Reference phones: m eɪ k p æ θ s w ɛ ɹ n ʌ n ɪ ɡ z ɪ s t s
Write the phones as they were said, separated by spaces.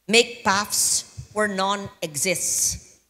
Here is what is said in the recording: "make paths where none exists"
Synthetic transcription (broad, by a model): m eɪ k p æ f s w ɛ ɹ n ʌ n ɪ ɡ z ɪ s t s